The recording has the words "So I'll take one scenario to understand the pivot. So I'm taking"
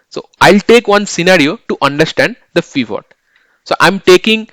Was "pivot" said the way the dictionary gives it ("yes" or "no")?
no